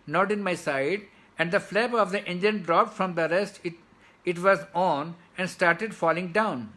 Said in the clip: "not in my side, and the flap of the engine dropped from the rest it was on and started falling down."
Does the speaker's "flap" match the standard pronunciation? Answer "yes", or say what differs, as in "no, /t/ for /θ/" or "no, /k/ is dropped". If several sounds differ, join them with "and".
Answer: no, /b/ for /p/